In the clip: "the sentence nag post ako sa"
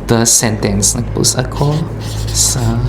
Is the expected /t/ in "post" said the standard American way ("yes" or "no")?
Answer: no